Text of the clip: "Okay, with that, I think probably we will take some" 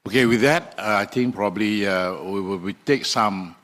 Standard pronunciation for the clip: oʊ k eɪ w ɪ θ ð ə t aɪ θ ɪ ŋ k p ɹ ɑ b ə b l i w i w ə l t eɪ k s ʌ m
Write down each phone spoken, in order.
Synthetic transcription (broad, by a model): oʊ k eɪ w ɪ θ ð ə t aɪ t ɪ ŋ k p ɹ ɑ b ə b l i w i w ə w t eɪ k s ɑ m